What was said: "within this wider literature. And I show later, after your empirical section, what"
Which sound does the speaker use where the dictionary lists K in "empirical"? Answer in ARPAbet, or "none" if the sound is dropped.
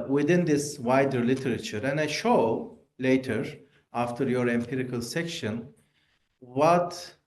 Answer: K